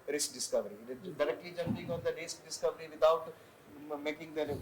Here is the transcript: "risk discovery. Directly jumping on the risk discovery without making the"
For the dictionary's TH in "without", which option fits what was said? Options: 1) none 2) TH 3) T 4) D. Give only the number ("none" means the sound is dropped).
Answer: 3